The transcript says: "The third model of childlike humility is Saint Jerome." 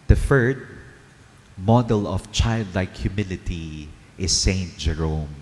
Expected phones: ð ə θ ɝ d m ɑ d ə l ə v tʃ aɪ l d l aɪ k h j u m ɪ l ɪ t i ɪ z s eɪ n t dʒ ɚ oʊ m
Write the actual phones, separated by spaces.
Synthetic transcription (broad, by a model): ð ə f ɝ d m ɑ d ə l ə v tʃ aɪ l d l aɪ k h j u m ɪ l ɪ t i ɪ s eɪ n t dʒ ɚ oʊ m